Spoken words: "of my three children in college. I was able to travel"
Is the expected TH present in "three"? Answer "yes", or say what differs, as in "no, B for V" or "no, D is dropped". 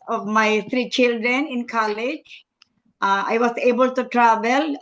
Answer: no, T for TH